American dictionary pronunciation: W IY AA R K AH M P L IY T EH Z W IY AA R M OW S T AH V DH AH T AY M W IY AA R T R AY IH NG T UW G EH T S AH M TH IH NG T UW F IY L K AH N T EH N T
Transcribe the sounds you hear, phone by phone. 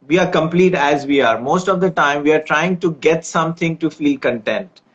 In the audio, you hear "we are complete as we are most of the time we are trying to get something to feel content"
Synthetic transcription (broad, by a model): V IY AA R K AH M P L IY T EH Z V IY AA R M OW S T AH V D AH T AY M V IY AA R T R AY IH NG T UW G EH T S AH M T IH NG T UW F IY L K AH N T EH N T